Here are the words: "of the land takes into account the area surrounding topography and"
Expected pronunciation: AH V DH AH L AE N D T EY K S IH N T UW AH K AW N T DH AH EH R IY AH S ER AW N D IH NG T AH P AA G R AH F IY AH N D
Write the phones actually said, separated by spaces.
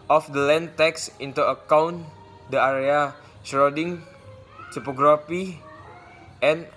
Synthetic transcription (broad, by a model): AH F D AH L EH N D T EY K S IH N T UW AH K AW N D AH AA R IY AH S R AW D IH NG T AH P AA G R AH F IY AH N